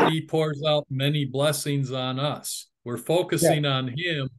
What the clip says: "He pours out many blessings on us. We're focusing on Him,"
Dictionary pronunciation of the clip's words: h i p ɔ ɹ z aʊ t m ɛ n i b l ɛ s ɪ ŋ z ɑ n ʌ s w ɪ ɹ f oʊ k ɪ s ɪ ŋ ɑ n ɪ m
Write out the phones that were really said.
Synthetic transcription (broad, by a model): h i p ɔ ɹ z aʊ t m ɛ n i b l ɛ s ɪ ŋ z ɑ n ʌ s w ɪ ɹ f oʊ k ɪ s ɪ ŋ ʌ n ɪ m